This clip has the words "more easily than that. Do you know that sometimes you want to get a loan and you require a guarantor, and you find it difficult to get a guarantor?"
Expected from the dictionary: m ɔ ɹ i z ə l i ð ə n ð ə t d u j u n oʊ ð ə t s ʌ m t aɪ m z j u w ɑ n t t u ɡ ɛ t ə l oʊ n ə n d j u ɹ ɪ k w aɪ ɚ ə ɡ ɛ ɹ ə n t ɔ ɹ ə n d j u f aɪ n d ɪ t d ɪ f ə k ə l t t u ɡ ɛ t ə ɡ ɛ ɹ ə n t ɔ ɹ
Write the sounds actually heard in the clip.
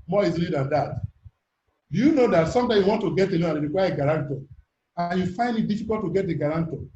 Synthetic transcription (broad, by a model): m ɔ i z ə l i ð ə n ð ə t d u j u n oʊ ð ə t s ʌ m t aɪ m j u w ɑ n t t u ɡ ɛ t ə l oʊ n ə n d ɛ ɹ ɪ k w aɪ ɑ ə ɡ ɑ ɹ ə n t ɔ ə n j u f aɪ n d ɪ t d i f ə k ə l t t u ɡ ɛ t ə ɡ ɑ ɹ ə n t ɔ